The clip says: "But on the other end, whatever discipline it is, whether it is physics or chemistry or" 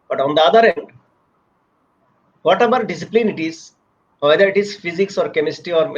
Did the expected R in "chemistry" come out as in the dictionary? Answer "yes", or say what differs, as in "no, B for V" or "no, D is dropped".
no, R is dropped